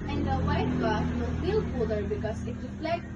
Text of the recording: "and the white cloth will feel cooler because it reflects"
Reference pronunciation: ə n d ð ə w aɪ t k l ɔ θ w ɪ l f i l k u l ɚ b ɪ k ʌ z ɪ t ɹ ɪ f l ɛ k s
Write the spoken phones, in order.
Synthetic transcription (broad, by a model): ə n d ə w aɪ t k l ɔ t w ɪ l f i l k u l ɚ b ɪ k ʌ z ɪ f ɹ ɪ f l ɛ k